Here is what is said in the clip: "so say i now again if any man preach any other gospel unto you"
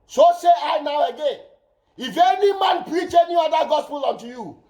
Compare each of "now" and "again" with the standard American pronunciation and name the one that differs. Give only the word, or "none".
none